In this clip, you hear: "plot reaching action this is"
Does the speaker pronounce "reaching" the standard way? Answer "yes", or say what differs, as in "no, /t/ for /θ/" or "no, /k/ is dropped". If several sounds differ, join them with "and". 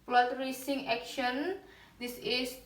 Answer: no, /s/ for /tʃ/